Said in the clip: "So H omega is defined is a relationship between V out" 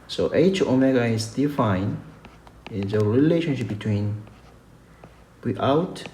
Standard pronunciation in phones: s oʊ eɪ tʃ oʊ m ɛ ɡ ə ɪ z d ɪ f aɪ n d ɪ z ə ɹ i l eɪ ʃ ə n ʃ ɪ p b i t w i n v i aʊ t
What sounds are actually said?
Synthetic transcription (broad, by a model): s oʊ eɪ tʃ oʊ m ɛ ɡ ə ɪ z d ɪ f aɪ n ɪ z ə ɹ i l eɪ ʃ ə n ʃ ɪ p b i t w i n w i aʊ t